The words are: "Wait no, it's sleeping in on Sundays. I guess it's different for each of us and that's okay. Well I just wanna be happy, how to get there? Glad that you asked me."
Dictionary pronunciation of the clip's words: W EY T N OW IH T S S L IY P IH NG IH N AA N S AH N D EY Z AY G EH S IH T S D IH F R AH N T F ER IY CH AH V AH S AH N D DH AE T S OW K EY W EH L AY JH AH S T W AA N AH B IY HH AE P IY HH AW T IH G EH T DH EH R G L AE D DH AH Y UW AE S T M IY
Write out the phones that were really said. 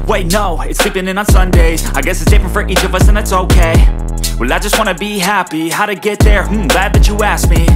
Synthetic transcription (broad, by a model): W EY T N OW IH T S S L IY P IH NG IH N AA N S AH N D EY Z AY G EH S IH T S D IH F R AH N T F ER IY CH AH V AH S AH N DH AE T S OW K EY W EH L AY JH AH S T W AA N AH B IY HH AE P IY HH AW T IH G EH T DH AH R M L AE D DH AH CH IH AE S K M IY